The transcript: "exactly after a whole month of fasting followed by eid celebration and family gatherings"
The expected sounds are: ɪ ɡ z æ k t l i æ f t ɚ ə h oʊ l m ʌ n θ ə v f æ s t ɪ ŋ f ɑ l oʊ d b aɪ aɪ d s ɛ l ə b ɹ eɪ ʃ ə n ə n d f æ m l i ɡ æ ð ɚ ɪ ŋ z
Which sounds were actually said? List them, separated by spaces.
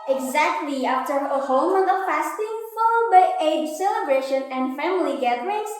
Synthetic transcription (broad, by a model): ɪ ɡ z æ k t l i æ f t ɚ ə h oʊ l m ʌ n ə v f æ s t ɪ ŋ f ɑ l oʊ d b aɪ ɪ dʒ s ɛ l ə b ɹ eɪ ʃ ə n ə n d f æ m l i ɡ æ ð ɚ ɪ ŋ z